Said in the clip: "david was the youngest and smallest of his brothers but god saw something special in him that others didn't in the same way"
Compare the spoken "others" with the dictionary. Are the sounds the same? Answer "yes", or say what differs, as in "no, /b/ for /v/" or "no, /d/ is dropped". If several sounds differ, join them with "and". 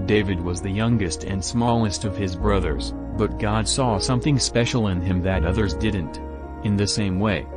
yes